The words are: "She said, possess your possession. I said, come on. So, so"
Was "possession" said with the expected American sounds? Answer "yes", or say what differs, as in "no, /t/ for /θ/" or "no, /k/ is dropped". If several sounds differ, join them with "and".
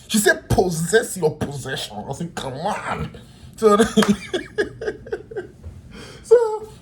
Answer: yes